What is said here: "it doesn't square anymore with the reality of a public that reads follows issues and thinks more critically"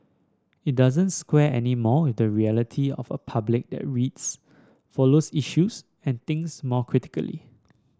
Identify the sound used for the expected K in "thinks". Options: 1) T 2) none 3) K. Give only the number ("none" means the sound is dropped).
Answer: 2